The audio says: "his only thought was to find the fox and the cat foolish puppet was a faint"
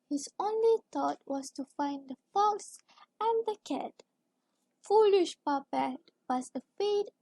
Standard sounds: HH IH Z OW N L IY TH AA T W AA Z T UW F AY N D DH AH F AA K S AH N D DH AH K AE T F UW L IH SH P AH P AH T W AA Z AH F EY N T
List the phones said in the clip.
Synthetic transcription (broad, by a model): HH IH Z OW N L IY T AA T W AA S T UW F AY N D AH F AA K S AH N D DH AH K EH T F UW L IH SH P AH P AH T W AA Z AH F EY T